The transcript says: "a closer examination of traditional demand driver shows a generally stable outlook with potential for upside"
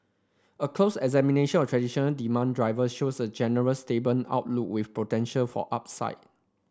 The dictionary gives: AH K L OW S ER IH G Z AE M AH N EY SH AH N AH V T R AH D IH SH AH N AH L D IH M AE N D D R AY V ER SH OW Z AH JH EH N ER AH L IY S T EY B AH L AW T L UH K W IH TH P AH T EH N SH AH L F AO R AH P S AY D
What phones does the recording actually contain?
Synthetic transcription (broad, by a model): AH K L OW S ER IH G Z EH M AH N EY SH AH N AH F T R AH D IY SH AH N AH L D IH M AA N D D R AY V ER SH OW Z AH JH EH N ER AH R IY S T EY B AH N AW T L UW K W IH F P AH T EH N SH AH L F AO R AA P S AY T